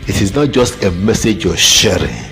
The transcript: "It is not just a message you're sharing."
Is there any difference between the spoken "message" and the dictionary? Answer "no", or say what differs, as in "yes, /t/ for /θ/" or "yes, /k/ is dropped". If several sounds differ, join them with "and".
no